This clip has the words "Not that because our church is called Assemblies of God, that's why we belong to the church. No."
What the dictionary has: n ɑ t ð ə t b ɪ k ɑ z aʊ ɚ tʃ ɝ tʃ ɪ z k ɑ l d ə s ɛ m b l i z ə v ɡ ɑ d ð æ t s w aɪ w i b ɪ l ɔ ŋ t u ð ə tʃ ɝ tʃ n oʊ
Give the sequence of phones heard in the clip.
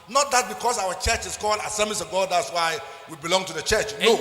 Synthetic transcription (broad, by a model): n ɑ t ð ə t b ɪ k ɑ s aʊ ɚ tʃ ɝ tʃ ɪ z k ɑ l d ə s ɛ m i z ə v ɡ ɑ d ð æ t s w aɪ w i b ɪ l ɔ ŋ t u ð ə tʃ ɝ tʃ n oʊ